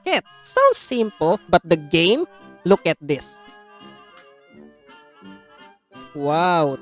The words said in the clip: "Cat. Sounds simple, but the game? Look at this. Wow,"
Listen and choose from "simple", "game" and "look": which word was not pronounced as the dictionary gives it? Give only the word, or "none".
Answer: none